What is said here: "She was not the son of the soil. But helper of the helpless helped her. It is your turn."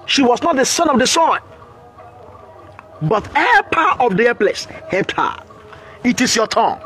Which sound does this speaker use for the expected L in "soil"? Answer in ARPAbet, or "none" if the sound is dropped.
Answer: N